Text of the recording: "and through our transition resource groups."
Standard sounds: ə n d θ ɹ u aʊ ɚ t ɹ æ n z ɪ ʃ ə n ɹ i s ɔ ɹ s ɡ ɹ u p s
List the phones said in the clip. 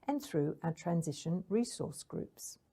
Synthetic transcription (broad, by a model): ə n θ ɹ u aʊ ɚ t ɹ æ n z ɪ ʃ ə n ɹ i s ɔ s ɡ ɹ u p s